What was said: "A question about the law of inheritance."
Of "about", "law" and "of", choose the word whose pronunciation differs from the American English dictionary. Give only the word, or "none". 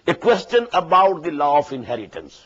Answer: of